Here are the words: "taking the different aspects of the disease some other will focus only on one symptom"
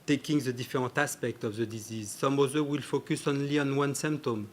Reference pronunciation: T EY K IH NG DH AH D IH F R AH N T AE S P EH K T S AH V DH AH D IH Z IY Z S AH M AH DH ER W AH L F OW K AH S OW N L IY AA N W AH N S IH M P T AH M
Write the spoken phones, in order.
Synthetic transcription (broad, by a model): T EY K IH NG DH AH D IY F R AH T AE S P EH K T AH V DH AH D IH Z IY Z S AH M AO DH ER W AH L F OW K AH S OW N L IY AA N W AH N S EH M P T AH M